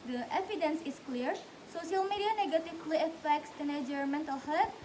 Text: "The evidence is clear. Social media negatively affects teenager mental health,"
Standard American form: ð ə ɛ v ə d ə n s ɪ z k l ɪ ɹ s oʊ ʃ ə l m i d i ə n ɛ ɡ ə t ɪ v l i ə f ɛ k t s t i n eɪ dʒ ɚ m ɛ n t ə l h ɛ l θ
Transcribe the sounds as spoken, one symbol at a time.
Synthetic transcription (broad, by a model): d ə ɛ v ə d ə n s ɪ s k l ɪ ɹ s oʊ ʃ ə l m i d i ə n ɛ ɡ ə t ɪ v l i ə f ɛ k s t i n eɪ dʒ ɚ m ɛ n t ə l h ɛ